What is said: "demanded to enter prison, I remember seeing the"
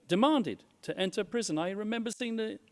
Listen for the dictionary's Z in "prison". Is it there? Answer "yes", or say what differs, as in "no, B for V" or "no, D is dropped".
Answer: yes